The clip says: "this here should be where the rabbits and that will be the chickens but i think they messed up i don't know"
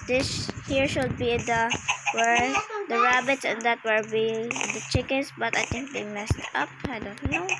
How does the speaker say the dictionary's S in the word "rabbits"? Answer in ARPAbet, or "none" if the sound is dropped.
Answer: S